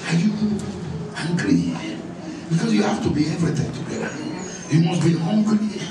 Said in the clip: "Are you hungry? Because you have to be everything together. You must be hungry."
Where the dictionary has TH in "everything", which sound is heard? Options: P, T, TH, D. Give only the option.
T